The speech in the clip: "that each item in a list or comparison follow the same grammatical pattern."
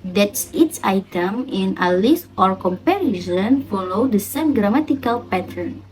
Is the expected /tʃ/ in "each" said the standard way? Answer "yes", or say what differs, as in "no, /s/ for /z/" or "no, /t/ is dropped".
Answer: no, /s/ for /tʃ/